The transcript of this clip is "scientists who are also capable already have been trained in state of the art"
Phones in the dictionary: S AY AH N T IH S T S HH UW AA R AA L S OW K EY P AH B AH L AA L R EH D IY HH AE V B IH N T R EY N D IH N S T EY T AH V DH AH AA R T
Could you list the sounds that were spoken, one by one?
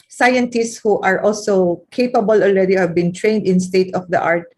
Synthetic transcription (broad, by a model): S AY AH N T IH S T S HH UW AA R AA L S OW K EY P AH B AH L AA L R EH D IY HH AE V B IH N T R EY N D IH N S T EY T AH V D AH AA R T